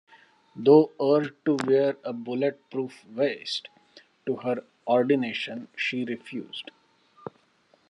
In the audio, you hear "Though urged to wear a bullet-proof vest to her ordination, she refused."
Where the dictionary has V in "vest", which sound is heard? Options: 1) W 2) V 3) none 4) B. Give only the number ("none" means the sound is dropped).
2